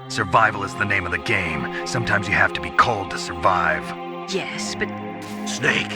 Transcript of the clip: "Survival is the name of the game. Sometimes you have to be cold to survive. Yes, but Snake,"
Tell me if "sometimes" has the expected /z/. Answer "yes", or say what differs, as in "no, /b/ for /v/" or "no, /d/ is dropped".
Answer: yes